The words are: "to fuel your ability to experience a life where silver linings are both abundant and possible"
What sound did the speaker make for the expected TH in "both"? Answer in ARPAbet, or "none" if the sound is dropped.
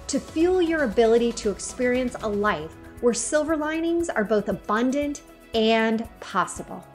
TH